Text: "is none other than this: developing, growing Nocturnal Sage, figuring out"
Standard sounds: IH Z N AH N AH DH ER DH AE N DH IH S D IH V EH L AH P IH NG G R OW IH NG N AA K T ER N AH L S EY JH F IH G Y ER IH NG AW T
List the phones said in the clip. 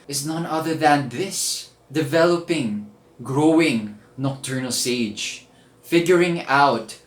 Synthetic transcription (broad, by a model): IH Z N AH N AH DH ER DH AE N DH IH S D IH V EH L AH P IH NG G R OW IH NG N AA K T ER N AH L S EY JH F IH G Y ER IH NG AW T